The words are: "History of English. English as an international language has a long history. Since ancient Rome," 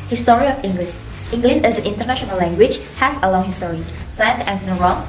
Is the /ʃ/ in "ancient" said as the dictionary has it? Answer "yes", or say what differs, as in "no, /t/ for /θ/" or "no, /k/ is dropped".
no, /ʃ/ is dropped